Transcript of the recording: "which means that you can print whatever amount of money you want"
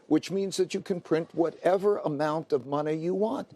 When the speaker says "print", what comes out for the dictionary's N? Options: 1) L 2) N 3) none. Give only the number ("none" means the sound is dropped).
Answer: 2